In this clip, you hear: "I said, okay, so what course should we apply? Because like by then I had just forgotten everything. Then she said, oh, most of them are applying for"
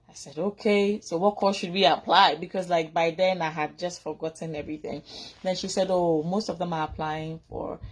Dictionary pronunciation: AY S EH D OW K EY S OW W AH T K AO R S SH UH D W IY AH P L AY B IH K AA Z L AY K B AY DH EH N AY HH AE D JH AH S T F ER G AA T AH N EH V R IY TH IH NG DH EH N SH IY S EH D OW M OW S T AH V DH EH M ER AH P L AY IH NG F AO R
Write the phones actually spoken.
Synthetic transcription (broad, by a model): AY S EH D OW K EY S OW W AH T K AO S SH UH D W IY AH P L AY B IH K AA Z L AY K B AY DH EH N AY HH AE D JH AH S T F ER G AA T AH N EH V R IY TH IH NG DH EH N SH IY S EH D OW M OW S T AH V DH EH M ER AH P L AY IH NG F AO R